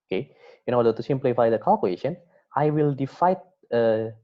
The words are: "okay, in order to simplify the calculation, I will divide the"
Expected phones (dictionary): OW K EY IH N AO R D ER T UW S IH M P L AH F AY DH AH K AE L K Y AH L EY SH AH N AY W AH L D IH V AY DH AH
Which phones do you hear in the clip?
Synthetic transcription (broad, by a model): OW K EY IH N AO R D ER T UW S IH M P L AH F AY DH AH K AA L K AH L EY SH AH N AY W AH L D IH F AY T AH